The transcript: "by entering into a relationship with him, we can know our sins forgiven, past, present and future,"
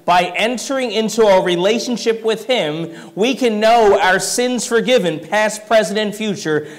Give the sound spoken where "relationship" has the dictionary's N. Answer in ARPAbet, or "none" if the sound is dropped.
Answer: N